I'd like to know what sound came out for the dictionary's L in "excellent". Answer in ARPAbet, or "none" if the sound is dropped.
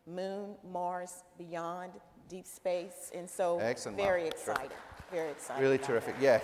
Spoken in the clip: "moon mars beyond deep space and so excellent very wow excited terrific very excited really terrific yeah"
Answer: none